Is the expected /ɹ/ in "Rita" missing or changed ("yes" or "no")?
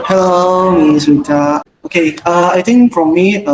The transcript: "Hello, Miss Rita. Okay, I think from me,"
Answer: yes